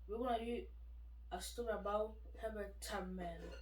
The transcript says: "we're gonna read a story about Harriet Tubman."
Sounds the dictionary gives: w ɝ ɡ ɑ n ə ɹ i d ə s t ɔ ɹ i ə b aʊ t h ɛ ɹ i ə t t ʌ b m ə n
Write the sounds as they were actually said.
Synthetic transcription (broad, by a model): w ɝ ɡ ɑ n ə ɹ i ə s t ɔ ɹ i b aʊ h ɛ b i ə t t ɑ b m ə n